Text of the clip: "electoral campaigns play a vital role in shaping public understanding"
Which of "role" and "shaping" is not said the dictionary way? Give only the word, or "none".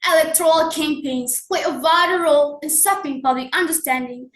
shaping